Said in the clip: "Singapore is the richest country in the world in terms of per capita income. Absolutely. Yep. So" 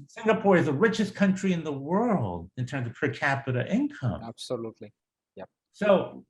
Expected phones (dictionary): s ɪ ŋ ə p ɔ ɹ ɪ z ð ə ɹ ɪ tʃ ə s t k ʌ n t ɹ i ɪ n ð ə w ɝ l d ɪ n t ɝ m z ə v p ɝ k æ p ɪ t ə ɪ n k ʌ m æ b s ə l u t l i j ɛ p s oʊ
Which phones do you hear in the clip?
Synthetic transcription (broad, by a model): s ɪ ŋ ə p ɔ ɹ ɪ z ð ə ɹ ɪ tʃ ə s k ʌ n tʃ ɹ i ɪ n ð ə w ɝ l d ɪ n t ɝ m z ə v p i k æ p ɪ t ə ɪ n k ʌ m æ b s ə l u t l i j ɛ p s oʊ